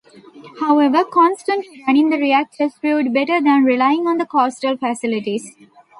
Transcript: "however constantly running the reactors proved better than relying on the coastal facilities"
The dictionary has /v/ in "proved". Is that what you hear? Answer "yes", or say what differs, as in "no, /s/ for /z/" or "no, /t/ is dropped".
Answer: no, /v/ is dropped